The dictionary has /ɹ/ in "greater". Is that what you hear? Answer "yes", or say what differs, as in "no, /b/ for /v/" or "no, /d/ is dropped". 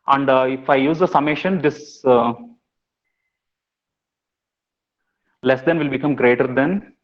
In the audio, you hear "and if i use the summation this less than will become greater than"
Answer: yes